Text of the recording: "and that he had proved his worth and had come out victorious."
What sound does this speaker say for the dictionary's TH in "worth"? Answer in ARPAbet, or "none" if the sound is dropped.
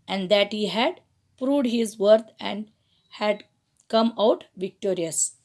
T